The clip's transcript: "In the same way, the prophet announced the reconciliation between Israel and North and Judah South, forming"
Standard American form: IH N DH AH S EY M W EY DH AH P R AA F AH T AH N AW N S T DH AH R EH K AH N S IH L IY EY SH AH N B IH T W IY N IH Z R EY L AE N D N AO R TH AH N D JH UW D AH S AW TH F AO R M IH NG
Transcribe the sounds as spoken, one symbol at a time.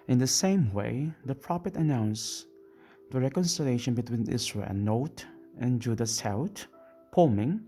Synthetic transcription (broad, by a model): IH N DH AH S EY M W EY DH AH P R AA F AH T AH N AW N S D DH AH R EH K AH N S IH L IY EY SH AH N B IH T W IY N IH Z R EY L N N AO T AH N JH UW D AH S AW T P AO M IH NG